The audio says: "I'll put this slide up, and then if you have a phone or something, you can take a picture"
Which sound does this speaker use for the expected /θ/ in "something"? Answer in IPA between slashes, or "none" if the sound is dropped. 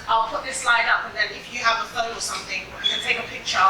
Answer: /θ/